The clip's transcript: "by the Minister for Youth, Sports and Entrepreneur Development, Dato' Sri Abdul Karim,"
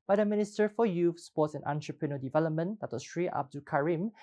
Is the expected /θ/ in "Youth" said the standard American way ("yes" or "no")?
no